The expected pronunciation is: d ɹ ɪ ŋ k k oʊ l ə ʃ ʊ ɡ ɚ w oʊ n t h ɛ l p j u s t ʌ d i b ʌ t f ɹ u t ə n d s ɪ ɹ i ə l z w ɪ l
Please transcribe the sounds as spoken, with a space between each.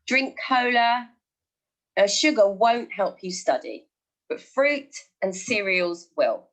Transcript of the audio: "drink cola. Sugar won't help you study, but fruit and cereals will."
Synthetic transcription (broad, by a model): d ɹ ɪ ŋ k k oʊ l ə ʃ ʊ ɡ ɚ w oʊ n t h ɛ l p j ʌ s t ʌ d i b ʌ t f ɹ u t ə n s ɪ ɹ i ə l z w ɪ l